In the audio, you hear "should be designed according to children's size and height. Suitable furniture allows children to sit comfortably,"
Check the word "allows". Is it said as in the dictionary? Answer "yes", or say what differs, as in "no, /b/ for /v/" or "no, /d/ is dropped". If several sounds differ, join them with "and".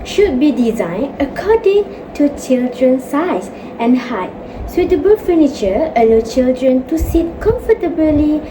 no, /z/ is dropped